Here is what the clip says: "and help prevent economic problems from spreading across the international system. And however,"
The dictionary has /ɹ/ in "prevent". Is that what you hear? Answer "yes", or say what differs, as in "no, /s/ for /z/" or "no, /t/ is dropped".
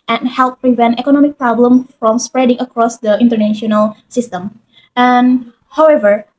yes